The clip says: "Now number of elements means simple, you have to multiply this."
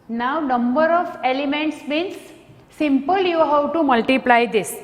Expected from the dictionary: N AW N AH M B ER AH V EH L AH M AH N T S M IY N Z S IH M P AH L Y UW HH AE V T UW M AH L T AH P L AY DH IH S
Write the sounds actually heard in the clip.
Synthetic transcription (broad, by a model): N AW N AH M B ER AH F EH L AH M AH N T S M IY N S S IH M P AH L Y UW HH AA W T UW M AH L T AH P L AY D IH S